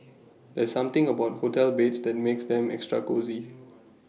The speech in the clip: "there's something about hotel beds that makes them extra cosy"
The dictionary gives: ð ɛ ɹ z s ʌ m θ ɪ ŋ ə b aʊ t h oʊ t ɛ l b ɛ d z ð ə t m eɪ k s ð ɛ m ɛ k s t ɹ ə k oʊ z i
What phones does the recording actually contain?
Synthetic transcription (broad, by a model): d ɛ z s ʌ m t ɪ ŋ ə b aʊ t h oʊ t ɛ l b ɛ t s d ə t m eɪ k s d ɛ m ɛ k s t ɹ ə k oʊ z i